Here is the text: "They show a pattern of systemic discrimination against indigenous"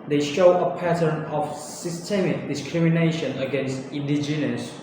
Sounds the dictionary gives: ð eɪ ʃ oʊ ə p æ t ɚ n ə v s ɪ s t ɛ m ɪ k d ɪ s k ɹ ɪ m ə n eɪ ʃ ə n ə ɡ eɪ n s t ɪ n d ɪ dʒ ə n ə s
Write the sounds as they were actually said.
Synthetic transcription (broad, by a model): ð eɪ ʃ oʊ ə p æ t ɚ n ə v s ɪ s t ɛ m ɪ k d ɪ s k ɹ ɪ m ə n eɪ ʃ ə n ə ɡ eɪ n s t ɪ n d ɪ dʒ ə n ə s